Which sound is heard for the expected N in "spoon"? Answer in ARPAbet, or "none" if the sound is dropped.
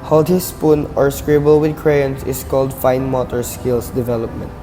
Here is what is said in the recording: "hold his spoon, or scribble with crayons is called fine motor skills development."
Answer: N